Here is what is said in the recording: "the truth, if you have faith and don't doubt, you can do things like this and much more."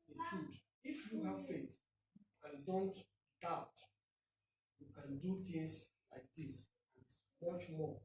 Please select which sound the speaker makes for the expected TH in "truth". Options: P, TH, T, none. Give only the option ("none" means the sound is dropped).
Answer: T